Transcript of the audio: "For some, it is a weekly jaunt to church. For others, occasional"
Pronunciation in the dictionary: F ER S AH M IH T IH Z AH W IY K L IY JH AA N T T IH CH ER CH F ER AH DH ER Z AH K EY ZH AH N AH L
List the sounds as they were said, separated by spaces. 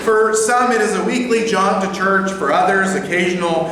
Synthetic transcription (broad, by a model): F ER S AH M IH T IH Z AH W IY K L IY JH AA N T T IH CH ER CH F ER AH DH ER Z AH K EY ZH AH N L